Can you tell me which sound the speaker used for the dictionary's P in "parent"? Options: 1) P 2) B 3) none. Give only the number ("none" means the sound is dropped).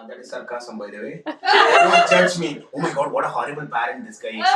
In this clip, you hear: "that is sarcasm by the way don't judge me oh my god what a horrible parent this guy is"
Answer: 2